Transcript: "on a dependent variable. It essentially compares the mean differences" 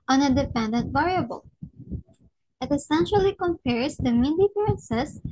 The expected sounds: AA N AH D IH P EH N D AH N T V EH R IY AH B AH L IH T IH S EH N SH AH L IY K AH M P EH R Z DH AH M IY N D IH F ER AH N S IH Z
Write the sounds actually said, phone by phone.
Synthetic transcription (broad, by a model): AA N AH D IH P EH N D AH N T V EH R IY AH B AH L IH T IH S EH N SH AH L IY K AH M P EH R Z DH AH M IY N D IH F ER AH N S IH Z